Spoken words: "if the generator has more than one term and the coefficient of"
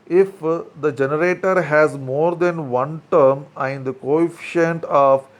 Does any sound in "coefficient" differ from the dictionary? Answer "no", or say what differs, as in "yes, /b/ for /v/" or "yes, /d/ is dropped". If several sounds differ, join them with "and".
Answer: no